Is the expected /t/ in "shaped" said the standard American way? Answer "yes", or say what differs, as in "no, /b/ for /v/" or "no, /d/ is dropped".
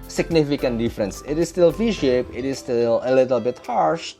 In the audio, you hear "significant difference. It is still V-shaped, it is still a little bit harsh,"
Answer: no, /t/ is dropped